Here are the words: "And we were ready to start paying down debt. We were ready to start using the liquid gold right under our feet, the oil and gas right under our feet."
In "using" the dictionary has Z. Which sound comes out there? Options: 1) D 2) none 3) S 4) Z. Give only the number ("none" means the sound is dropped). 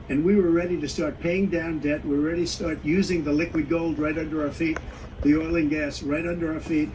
4